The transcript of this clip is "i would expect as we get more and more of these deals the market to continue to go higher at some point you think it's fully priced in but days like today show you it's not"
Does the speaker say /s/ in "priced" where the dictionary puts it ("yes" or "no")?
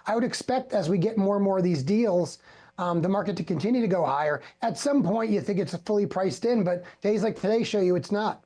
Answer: yes